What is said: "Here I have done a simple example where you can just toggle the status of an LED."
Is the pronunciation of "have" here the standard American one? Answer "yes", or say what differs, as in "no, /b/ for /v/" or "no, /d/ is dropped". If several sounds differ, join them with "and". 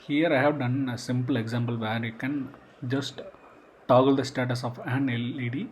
yes